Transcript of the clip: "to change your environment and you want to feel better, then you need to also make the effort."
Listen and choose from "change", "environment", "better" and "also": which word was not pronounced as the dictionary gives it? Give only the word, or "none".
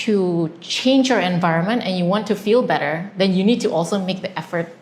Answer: none